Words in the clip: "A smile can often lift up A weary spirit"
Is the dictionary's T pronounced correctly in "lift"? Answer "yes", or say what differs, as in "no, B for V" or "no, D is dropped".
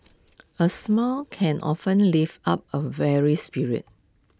no, T is dropped